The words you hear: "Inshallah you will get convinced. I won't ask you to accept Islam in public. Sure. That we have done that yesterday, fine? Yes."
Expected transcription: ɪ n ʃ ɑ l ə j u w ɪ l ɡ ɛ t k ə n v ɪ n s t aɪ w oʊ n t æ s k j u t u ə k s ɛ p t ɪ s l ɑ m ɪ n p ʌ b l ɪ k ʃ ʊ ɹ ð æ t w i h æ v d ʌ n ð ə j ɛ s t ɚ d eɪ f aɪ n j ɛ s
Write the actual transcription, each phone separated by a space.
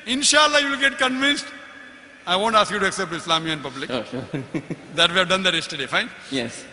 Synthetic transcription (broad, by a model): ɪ n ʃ ɑ l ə j u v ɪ l ɡ ɛ t k ə n v ɪ n s t aɪ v oʊ n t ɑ s k j u t u ə k s ɛ p t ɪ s l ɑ m ɪ n p ʌ b l ɪ k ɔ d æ t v i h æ v d ʌ n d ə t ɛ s t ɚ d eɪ f aɪ n j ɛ s